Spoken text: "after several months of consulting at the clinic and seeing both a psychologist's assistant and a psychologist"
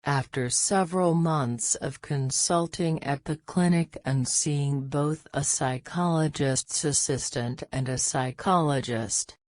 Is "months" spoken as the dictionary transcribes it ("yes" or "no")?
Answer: yes